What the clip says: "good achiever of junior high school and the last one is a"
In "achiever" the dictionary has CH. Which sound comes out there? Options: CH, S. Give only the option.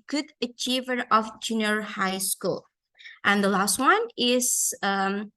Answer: CH